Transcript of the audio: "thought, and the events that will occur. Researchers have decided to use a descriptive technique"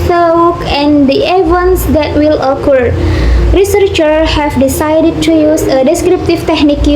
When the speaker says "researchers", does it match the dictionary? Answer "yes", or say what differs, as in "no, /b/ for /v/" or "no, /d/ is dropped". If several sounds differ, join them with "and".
no, /z/ is dropped